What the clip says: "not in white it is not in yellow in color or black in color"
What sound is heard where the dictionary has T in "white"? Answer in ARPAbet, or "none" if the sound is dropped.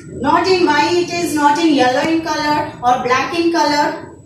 none